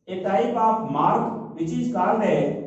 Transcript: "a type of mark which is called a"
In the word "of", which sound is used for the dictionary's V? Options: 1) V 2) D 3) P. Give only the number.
3